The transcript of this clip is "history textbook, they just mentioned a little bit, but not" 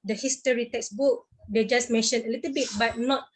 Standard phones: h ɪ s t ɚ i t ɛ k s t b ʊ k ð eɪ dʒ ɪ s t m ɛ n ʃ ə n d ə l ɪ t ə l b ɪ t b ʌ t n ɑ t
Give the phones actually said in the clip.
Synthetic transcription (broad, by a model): h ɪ s t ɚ i t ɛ k s b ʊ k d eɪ dʒ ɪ s m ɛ n ʃ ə n ə l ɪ t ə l b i t b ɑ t n ɑ t